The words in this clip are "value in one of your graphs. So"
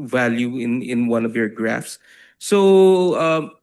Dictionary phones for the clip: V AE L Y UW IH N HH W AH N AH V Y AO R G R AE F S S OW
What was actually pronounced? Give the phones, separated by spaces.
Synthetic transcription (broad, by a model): V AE L Y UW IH N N W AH N AH V Y AO R G R AE F S S OW